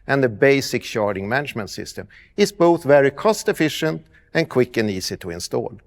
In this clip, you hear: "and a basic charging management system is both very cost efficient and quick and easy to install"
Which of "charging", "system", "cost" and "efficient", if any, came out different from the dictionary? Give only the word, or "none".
charging